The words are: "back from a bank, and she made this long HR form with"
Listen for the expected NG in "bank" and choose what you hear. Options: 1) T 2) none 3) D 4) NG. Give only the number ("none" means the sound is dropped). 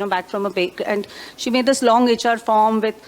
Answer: 2